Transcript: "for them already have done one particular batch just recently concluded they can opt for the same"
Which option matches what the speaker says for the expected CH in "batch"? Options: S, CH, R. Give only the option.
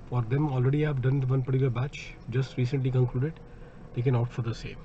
CH